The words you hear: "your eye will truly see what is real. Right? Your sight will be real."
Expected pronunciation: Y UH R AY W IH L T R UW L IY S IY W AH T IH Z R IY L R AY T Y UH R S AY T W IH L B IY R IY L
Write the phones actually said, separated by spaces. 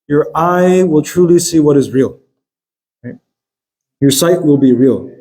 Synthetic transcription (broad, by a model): Y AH R AY W IH L T R UW L IY S IY W AH T IH Z R IY L R AY T Y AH R S AY T W IH L B IY R IY L